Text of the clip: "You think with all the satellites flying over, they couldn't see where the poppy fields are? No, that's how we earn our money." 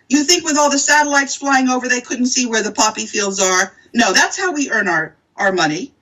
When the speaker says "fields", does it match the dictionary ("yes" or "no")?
yes